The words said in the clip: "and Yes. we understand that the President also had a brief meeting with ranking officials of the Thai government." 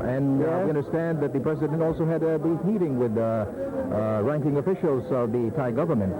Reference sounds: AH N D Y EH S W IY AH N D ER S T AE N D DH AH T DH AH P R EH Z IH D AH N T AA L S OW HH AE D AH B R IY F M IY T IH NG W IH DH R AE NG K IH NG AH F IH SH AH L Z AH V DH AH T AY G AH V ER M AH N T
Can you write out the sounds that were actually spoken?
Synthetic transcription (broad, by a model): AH N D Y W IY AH N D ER S T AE N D DH AH T DH AH P R EH Z IH D AH N T AA L S OW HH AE D AH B IY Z M IY T IH NG W IH DH R AE NG K IH NG AH F IH SH AH L Z AH V DH AH T AY G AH V ER M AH N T